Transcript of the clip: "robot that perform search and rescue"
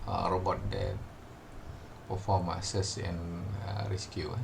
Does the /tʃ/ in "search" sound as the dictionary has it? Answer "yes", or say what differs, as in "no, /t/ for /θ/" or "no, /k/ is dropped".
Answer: no, /s/ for /tʃ/